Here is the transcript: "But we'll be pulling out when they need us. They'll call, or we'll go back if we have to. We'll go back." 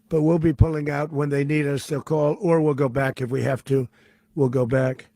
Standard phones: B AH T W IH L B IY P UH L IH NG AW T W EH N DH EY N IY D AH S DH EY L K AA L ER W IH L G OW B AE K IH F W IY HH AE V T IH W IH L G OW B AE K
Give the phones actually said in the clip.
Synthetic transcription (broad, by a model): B AH T W IH L B IY P UH L IH NG AW T W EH N DH EY N IY D AH S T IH K AA L ER W IH L G OW B AE K IH F W IY HH AE F T IH W IH L G OW B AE K